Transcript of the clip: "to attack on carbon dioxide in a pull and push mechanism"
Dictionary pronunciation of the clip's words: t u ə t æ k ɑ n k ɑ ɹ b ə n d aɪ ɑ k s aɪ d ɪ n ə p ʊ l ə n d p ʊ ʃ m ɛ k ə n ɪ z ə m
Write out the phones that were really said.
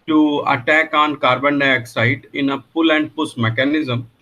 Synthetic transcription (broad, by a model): t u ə t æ k ɑ n k ɑ ɹ b ə n d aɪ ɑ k s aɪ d ɪ n ə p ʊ l ə n d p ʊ s m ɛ k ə n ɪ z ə m